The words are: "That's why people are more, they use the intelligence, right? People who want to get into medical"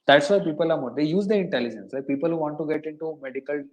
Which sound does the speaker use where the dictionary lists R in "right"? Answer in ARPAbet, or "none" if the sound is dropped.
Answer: L